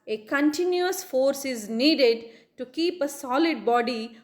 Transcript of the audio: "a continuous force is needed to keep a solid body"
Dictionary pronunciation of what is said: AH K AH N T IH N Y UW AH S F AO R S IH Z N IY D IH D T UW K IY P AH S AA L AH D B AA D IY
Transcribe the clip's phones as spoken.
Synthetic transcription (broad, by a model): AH K AH N T IH N Y UW AH S F AO R S IH Z N IY D IH D T UW K IY P AH S AA L AH D B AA D IY